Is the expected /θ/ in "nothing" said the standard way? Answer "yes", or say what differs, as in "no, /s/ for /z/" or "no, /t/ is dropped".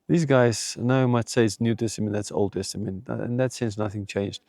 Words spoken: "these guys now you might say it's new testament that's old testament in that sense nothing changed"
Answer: yes